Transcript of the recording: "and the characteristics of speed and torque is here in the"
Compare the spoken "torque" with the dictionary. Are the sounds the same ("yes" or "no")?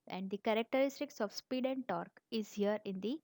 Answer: yes